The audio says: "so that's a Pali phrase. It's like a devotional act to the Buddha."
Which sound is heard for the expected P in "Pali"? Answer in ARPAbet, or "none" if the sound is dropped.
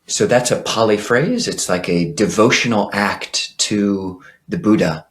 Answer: P